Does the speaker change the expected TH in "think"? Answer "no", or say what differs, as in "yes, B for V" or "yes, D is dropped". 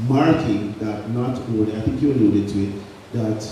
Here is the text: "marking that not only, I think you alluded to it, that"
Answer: no